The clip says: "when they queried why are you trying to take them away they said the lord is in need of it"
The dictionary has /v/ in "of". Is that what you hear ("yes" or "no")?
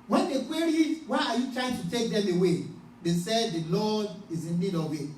no